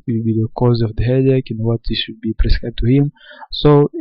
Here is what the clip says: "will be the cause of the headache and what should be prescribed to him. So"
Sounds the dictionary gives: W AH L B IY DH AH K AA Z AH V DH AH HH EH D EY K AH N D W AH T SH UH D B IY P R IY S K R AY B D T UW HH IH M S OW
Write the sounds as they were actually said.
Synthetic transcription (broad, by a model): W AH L B IY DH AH K AA Z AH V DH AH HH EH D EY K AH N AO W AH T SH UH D B IY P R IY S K AY D T UW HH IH M S OW